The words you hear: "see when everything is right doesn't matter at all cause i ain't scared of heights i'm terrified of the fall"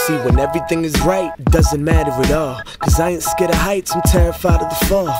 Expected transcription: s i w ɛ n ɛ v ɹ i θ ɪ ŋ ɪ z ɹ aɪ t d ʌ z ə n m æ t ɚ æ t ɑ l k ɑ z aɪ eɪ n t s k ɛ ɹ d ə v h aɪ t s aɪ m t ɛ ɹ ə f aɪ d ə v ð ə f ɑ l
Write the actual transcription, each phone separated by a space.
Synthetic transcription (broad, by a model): s i w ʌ n ɛ v ɹ i θ ɪ ŋ ɪ z ɹ aɪ t d ʌ z ə n m æ t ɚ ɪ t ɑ k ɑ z aɪ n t s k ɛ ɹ d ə h aɪ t s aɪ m t ɛ ɹ ə f aɪ d ə v ð ə f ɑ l